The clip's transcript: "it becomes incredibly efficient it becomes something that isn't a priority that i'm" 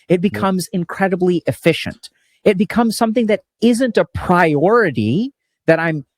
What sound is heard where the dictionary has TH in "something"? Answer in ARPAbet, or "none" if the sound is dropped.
TH